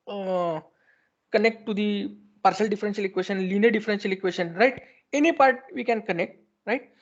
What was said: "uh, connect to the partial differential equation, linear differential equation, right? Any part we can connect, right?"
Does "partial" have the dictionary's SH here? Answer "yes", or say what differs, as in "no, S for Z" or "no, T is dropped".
no, S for SH